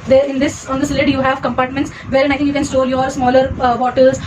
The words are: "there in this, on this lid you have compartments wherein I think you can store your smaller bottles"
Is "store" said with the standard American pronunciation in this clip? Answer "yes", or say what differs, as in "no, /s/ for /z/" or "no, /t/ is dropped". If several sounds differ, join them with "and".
no, /l/ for /ɹ/